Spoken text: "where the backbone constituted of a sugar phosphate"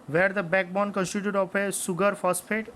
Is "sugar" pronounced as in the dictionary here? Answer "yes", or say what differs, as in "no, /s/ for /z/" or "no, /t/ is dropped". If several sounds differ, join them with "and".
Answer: no, /s/ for /ʃ/